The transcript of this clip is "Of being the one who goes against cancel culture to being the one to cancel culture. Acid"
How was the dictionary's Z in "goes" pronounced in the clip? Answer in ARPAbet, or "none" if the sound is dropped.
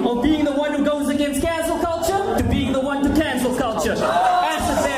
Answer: Z